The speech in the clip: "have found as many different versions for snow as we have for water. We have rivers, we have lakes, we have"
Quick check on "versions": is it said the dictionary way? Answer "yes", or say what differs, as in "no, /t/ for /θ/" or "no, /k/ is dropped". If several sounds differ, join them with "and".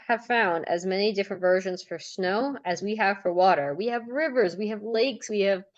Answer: yes